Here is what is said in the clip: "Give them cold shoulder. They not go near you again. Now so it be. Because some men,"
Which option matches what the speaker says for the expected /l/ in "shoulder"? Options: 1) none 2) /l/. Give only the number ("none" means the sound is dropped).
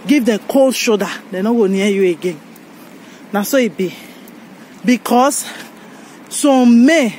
1